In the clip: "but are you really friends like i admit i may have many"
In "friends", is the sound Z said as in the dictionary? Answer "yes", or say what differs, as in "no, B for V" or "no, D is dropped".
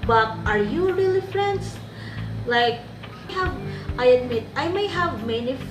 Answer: no, S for Z